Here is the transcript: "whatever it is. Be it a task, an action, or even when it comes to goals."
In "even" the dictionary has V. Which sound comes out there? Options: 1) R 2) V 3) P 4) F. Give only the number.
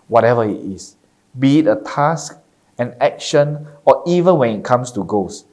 2